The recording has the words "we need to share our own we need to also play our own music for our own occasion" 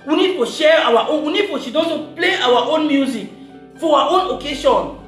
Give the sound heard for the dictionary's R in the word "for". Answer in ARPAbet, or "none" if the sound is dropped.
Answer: W